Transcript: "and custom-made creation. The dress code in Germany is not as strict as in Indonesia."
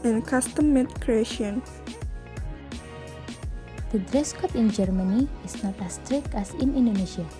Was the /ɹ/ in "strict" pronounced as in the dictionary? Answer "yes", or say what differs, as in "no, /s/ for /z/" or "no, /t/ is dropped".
yes